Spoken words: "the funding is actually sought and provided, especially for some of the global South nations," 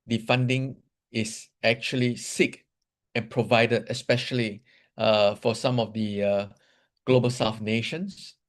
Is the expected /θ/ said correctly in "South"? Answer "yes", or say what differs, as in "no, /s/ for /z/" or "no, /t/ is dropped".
no, /f/ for /θ/